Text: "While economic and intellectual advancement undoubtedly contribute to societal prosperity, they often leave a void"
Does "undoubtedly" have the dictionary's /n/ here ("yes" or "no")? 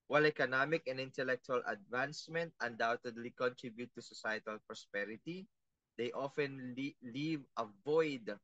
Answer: yes